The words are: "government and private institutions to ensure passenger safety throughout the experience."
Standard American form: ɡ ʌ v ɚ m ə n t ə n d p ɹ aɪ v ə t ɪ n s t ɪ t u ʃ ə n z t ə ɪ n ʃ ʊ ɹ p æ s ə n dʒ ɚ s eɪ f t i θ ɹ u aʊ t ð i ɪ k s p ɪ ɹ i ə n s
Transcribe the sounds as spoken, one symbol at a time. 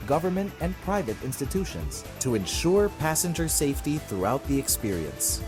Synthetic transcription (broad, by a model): ɡ ʌ v ɚ m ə n t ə n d p ɹ aɪ v ə t ɪ n s t ɪ t u ʃ ə n z t ə ɪ n ʃ ʊ ɹ p æ s ə n dʒ ɚ s eɪ f t i θ ɹ u aʊ t ð i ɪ k s p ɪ ɹ i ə n s